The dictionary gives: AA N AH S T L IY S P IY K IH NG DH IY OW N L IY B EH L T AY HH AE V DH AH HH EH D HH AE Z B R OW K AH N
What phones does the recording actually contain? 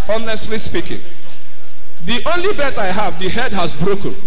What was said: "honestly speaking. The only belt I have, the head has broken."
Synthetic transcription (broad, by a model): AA N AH S T L IY S P IY K IH NG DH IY OW N L IY B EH T AY HH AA V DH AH HH EH D HH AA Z B R OW K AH N